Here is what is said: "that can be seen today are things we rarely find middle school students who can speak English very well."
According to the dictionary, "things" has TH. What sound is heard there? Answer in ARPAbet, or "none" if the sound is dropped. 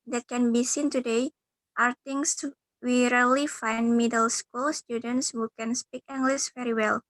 T